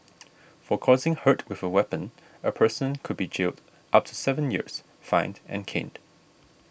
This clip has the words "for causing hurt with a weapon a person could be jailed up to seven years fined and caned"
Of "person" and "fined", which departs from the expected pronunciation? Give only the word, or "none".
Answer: none